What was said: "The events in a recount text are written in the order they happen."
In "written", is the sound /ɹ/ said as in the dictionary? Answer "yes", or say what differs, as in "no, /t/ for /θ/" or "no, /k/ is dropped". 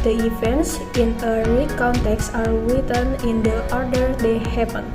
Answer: no, /w/ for /ɹ/